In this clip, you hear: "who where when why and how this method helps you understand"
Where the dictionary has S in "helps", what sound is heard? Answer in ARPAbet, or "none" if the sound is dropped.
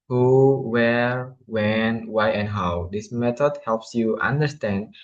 S